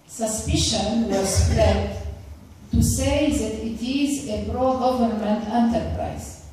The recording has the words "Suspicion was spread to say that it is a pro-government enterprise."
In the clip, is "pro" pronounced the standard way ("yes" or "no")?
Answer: no